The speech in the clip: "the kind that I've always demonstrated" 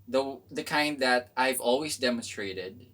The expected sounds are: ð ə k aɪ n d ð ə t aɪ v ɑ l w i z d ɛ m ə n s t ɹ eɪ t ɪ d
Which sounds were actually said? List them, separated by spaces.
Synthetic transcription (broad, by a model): ð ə k aɪ n d ð ə t aɪ v ɑ l w i z d ɛ m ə n s t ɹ eɪ t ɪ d